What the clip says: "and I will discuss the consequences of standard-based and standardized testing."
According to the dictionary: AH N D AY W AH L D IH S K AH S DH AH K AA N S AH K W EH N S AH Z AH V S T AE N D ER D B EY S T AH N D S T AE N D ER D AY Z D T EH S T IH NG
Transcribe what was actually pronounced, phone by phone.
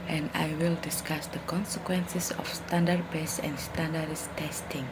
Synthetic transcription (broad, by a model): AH N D AY W AH L D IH S K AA S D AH K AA N S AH K W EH N S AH S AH F S T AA N D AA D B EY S AH N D S T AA N D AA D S T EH S T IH NG